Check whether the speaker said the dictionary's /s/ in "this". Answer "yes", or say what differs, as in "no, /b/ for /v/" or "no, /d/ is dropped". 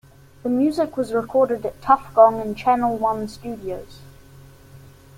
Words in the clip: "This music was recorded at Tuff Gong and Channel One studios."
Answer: no, /s/ is dropped